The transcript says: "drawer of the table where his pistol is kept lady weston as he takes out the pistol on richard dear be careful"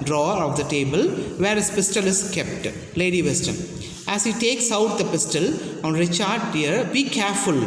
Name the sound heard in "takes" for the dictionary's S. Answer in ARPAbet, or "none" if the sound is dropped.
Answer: S